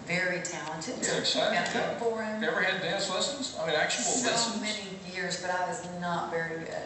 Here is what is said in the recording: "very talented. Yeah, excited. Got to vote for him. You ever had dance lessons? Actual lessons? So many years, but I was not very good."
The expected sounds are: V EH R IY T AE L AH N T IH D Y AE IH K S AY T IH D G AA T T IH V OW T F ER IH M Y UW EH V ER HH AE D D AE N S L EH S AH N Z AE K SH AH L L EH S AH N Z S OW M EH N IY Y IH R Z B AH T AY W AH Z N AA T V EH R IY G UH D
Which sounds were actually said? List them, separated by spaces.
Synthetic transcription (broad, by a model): V EH R IY T AE L AH N T IH D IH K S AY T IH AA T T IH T F ER IH M EH V ER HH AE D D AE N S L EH S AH N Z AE K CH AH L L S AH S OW M EH N IY Y IH R Z B AH T AY W AH Z N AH T V EH R IY